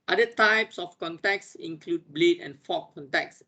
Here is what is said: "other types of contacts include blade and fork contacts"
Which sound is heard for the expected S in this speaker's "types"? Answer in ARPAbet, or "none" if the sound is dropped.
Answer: S